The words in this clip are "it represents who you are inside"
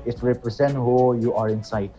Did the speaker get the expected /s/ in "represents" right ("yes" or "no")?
no